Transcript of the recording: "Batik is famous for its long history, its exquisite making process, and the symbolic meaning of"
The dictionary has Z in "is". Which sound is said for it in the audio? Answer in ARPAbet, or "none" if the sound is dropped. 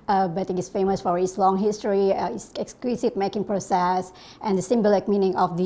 S